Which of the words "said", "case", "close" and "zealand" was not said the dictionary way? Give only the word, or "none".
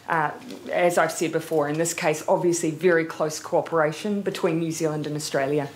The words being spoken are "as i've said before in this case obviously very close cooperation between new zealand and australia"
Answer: none